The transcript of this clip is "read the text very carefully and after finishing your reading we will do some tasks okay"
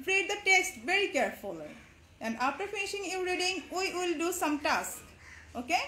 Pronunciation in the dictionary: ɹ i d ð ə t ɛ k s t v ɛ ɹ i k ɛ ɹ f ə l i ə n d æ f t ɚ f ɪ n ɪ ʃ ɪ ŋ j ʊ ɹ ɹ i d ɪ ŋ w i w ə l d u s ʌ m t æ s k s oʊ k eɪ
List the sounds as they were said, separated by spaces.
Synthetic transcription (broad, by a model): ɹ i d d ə t ɛ k s t v ɛ ɹ i k ɛ ɹ f ə l i ə n d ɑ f t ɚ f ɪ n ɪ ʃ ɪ ŋ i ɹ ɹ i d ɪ ŋ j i w ə l d u s ʌ m t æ s k oʊ k eɪ